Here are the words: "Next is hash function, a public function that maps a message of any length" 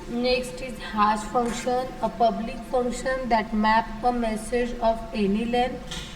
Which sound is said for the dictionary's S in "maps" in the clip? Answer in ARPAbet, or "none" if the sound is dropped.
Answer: none